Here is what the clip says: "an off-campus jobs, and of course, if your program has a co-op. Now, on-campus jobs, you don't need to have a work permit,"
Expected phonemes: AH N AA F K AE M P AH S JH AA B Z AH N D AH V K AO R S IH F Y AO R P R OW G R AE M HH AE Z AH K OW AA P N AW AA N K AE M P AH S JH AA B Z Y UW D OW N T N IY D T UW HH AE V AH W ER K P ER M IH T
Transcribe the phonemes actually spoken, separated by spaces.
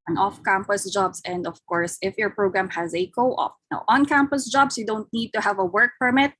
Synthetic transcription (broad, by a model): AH N AA F K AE M P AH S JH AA B S AH N D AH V K AO R S IH F Y AO R P R OW G R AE M HH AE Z AH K OW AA F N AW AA N K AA M P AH S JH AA B S Y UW D OW N T N IY D T UW HH AE V AH W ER K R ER M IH T